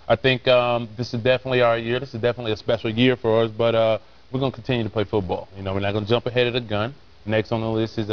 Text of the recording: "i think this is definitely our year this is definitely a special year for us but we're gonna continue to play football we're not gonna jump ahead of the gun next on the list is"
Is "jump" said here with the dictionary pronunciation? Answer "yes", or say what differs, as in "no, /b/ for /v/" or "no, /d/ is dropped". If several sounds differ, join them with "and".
yes